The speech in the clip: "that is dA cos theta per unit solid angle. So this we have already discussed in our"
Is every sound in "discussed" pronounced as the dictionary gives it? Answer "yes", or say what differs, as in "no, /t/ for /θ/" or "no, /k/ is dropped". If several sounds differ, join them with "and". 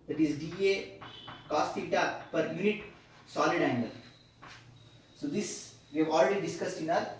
yes